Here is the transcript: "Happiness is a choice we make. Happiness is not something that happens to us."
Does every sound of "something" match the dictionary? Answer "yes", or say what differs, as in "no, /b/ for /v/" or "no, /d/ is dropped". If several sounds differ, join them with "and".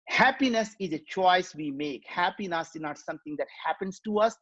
no, /t/ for /θ/